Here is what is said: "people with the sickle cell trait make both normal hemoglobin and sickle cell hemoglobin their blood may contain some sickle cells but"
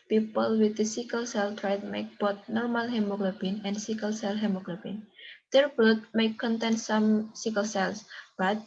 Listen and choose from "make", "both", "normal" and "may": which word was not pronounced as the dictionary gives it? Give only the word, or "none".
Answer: both